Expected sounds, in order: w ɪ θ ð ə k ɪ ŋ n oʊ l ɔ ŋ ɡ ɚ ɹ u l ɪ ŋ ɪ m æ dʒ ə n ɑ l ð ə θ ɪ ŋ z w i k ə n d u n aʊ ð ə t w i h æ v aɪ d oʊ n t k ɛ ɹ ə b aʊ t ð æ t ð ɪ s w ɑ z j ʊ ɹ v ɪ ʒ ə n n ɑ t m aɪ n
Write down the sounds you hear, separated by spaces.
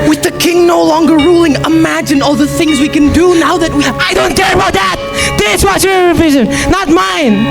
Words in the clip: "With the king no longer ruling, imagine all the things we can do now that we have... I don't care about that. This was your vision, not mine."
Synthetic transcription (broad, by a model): w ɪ ð ə k ɪ ŋ n oʊ l ɔ ŋ ɡ ɚ ɹ u l ɪ ŋ ɪ m æ dʒ ə n ɑ l ð ə θ ɪ ŋ z w i k ə n d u n aʊ ð ə t w i aɪ d oʊ n t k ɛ ɹ ə b aʊ t ð æ t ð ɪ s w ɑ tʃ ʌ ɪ v ɪ ʒ ə n n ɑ t m aɪ n